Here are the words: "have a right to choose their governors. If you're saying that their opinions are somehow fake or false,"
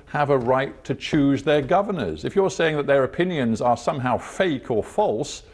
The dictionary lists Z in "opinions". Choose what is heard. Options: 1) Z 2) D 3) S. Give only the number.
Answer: 1